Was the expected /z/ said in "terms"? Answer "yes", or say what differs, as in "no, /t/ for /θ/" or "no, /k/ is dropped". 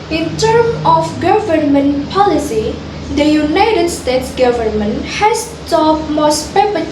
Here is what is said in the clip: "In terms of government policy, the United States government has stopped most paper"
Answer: no, /z/ is dropped